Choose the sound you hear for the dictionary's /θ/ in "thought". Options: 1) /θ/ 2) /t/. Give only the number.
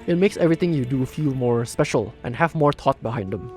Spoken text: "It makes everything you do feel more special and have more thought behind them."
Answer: 2